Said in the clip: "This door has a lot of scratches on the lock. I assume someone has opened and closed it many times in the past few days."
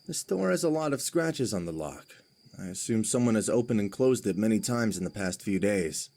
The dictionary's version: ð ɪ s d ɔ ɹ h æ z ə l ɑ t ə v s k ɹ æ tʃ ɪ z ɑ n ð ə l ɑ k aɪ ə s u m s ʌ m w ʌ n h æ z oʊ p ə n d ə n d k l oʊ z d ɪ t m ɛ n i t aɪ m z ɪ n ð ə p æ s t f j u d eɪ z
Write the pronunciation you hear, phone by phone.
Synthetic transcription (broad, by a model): ð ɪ s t ɔ ɹ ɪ z ə l ɑ t ə v s k ɹ æ tʃ ɪ z n ð ə l ɑ k aɪ ə s u m s ʌ m w ʌ n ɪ z oʊ p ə n ə n k l oʊ z d ɪ t m ɛ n i t aɪ m z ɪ n ð ə p æ s t f j u d eɪ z